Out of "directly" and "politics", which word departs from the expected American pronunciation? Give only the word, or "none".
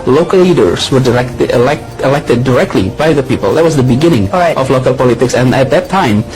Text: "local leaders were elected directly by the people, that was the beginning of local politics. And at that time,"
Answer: none